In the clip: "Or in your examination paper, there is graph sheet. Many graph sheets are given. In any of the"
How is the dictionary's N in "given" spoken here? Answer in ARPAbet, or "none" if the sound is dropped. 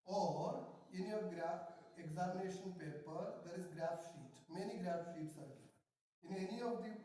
none